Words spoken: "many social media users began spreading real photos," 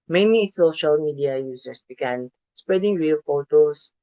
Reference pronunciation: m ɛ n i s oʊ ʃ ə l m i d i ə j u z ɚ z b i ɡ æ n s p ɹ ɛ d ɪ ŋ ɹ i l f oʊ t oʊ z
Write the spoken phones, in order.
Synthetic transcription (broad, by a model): m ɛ n i s oʊ ʃ ə l m i d i ə j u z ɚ s b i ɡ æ n s p ɹ ɛ d ɪ ŋ ɹ i l f oʊ t oʊ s